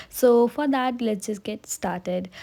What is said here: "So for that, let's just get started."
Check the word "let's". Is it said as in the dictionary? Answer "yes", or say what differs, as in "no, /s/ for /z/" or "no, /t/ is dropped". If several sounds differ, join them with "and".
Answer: no, /s/ is dropped